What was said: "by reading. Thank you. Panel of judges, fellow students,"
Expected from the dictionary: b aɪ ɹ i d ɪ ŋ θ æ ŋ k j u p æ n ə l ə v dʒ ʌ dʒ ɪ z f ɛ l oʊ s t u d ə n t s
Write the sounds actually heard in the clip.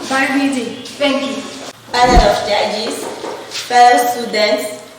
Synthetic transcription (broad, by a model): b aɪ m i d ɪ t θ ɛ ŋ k j u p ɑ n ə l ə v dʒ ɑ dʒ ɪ s f ɛ l oʊ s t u d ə n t s